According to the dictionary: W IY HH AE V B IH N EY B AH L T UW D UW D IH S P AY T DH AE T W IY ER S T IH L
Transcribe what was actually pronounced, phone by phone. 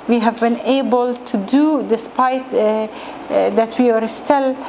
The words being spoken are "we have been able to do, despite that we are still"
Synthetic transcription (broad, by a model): W IY HH AE V B IH N EY B AH L T UW D UW D IH S P AY T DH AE T W IY ER S T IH L